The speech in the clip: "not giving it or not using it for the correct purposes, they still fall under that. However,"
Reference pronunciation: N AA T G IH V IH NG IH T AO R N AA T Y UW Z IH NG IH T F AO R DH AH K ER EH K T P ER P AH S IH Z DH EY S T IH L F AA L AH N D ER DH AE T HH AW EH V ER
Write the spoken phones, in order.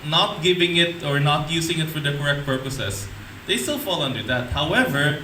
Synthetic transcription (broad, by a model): N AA T G IH V IH NG IH T AO R N AA T Y UW S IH NG IH T F AO R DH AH K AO EH K T P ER P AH S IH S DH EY S T IH L F AA L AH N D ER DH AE T HH AW EH V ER